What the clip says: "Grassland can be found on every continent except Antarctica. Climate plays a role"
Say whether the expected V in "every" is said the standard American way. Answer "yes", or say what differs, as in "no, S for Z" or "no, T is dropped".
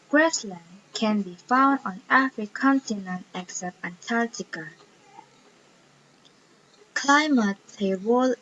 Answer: no, F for V